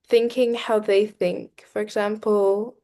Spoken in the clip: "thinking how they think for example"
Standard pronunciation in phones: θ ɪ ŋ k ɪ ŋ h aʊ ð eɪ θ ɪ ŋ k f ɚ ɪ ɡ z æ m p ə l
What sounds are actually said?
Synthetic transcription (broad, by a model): θ ɪ ŋ k ɪ ŋ h aʊ ð eɪ θ ɪ ŋ k f ɚ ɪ ɡ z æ m p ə l